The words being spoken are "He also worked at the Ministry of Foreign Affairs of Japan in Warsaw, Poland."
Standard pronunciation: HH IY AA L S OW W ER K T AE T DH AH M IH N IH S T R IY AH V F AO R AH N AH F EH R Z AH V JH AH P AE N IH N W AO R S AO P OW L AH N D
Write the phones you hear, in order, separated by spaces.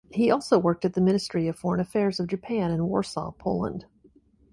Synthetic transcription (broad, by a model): HH IY AA L S OW W ER K T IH T DH AH M IH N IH S T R IY AH V F AO R AH N AH F EH R Z AH V JH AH P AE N IH N W AO R S AO P OW L AH N D